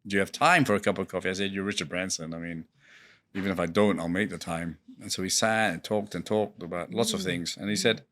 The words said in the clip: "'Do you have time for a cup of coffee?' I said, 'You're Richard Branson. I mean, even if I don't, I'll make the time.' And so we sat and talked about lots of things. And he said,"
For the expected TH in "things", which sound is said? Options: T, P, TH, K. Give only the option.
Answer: TH